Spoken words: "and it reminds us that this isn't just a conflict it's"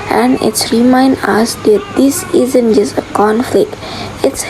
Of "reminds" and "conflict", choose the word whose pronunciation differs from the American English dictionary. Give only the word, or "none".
reminds